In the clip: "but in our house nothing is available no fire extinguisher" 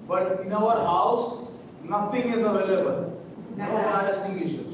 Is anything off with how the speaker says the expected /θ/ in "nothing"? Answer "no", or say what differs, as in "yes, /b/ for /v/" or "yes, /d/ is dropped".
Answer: yes, /t/ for /θ/